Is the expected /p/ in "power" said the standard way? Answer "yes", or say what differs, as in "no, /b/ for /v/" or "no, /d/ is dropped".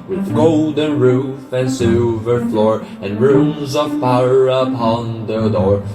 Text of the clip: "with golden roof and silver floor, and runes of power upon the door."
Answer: no, /f/ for /p/